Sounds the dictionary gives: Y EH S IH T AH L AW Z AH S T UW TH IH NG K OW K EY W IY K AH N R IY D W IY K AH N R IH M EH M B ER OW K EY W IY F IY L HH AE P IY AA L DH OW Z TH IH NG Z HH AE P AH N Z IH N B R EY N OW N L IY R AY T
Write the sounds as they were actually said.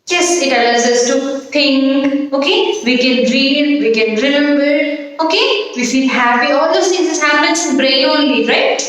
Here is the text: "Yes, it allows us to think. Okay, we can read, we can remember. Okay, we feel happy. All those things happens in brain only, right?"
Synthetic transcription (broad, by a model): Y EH S IH T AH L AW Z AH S T UW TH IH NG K OW K EY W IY K AH N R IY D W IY K AH N R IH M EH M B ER OW K EY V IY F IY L HH AE P IY AA L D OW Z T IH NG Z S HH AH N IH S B R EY OW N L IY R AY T